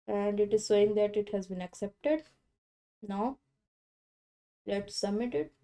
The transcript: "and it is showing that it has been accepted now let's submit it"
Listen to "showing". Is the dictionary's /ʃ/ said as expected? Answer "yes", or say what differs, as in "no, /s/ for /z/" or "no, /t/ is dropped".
no, /s/ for /ʃ/